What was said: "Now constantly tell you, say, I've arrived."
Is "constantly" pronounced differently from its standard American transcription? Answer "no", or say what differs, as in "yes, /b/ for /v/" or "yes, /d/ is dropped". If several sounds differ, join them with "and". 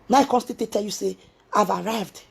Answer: yes, /n/ is dropped and /l/ is dropped